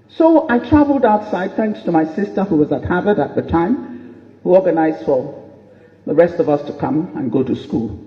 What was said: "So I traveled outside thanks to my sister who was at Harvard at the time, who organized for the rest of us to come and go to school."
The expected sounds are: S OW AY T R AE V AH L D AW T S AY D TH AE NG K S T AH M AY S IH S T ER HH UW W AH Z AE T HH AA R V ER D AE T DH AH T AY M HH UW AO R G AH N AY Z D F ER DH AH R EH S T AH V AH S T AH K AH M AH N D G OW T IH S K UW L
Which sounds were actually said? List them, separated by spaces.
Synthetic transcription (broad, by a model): S OW AY T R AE V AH L D AW T S AY D TH AE NG K S T AH M AY S IH S T ER HH UW W AH Z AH T HH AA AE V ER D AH T DH AH T AY M HH UW AO R G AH N AY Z F ER DH AH R EH S T AH V AH S T AH K AH M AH N G OW T IH S K UW L